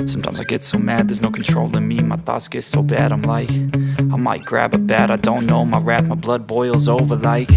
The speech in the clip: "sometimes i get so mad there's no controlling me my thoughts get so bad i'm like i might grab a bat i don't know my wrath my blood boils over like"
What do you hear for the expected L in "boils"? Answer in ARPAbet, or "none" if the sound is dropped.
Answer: L